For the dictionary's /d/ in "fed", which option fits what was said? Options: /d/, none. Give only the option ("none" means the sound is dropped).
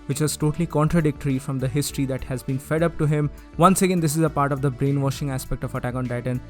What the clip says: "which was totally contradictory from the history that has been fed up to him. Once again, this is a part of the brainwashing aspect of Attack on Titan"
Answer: /d/